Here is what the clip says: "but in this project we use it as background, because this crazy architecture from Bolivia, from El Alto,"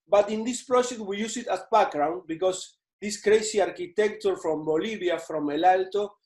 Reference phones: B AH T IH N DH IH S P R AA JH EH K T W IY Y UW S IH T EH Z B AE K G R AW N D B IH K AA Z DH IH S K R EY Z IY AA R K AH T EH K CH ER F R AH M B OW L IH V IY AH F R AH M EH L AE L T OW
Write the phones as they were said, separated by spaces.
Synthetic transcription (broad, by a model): B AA T IH N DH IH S P R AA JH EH K T W IY Y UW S IH T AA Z B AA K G R AW N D B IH K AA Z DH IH S K R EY S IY AA R K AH T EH K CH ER F R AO M B OW L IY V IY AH F R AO M EH L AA L T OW